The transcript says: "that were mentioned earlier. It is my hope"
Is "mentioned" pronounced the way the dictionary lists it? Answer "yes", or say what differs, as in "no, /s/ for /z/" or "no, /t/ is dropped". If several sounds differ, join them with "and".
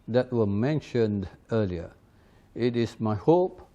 yes